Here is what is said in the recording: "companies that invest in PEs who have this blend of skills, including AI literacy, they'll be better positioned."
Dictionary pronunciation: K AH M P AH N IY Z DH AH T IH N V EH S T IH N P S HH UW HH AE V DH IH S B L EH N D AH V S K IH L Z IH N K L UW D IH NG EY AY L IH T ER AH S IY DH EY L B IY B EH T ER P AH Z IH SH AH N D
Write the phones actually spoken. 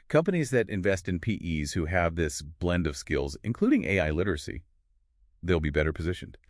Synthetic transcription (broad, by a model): K AH M P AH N IY Z DH AH T IH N V EH S T IH N P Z HH UW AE V DH IH S B L EH N D AH V S K IH L Z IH N K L UW D IH NG EY AY L IH T ER AH S IY DH EY L B IY B EH T ER P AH Z IH SH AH N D